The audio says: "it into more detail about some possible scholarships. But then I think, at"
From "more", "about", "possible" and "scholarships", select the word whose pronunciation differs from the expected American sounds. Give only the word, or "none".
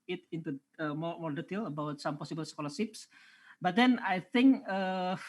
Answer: scholarships